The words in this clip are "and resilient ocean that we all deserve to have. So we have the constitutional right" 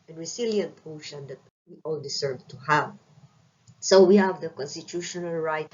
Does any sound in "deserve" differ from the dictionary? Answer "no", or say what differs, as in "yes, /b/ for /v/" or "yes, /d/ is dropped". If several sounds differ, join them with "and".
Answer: yes, /s/ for /z/